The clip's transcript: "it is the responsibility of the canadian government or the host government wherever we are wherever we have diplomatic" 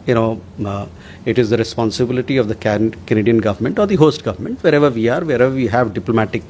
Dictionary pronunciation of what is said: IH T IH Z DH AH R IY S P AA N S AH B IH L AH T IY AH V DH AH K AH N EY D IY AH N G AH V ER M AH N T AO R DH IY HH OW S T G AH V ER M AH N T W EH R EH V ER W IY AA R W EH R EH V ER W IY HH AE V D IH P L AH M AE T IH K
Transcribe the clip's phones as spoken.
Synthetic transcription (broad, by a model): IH T IH Z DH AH R IY S P AA N S AH B IH L AH T IY AH V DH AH K AH N EY D IY AH N G AH V ER M AH N T AO R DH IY HH OW S T G AH V ER M AH N T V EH R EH V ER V IY AA R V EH R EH V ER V IY HH AE V D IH P L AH M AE T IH K